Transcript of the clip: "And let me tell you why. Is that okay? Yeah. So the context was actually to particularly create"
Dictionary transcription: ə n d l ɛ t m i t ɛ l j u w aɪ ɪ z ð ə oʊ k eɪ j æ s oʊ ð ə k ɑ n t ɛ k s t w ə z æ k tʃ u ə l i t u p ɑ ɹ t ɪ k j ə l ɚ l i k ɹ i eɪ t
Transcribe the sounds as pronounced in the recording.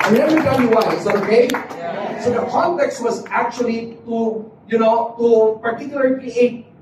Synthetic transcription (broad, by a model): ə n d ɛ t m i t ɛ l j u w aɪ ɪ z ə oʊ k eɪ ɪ s oʊ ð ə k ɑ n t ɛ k s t w ə z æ k tʃ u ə n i t u p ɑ ɹ t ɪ k j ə l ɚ i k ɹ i eɪ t